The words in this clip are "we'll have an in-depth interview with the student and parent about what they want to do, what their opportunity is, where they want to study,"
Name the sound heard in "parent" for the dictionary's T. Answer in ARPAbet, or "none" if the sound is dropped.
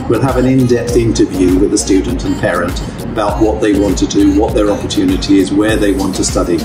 T